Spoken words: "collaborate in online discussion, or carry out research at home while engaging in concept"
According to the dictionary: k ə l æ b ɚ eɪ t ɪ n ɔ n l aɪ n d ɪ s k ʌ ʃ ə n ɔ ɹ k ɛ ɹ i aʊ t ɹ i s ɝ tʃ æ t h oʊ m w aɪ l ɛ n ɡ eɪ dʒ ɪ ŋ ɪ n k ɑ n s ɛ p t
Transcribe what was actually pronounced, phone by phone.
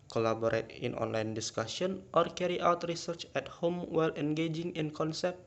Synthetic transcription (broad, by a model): k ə l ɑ b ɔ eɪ t ɪ n ɔ n l aɪ n d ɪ s k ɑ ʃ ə n ɔ ɹ k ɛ ɹ i aʊ t ɹ i s ɝ tʃ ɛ t h oʊ m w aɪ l ɛ n ɡ eɪ dʒ ɪ ŋ ɪ n k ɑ n s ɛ p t